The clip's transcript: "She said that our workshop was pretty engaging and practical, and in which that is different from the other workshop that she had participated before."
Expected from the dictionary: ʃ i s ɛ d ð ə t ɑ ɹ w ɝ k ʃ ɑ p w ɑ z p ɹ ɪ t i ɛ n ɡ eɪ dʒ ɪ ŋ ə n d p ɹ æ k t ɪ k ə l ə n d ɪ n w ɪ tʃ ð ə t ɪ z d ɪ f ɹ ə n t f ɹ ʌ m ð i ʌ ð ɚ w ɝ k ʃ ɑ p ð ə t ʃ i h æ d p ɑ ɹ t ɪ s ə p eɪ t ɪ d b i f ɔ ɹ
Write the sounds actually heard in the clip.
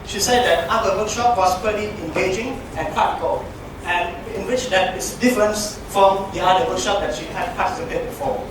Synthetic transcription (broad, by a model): ʃ i s ɛ d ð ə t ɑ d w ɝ k ʃ ɑ p w ɑ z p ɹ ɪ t i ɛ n ɡ eɪ dʒ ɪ ŋ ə n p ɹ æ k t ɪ k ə l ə n ɪ n w ɪ tʃ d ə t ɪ s d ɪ f ɹ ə n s f ɹ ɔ m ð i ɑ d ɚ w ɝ k ʃ ɑ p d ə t ʃ i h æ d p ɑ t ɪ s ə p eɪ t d b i f ɔ